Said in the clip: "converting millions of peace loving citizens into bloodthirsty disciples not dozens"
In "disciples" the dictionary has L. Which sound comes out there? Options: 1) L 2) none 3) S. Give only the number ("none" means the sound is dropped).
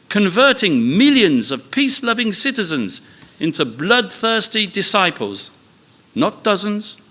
1